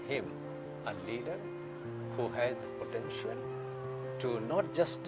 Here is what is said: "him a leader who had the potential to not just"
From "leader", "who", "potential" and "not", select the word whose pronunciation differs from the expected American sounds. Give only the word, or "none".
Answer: potential